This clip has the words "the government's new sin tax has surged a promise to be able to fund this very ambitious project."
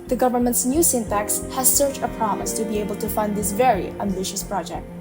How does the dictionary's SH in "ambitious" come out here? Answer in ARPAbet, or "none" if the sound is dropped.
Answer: SH